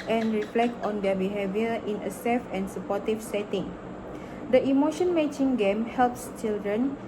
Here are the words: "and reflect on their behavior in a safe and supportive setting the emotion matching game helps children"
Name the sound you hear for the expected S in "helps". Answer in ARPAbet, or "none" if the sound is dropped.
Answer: S